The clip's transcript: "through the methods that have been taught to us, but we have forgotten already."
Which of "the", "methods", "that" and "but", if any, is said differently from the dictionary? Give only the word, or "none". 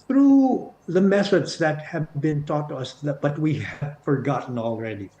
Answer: methods